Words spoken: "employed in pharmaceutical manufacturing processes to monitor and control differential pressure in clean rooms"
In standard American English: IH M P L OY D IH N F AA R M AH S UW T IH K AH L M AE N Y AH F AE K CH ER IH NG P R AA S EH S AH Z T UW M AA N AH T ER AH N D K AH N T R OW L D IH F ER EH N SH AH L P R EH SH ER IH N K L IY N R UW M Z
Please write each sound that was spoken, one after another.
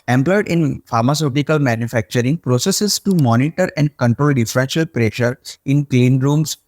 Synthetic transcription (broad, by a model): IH M P L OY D IH N F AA R M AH S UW T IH K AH L M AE N Y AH F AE K CH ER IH NG P R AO S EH S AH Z T UW M AA N AH T ER AH N D K AH N T R OW L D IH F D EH SH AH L P R EH SH ER IH N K L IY N R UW M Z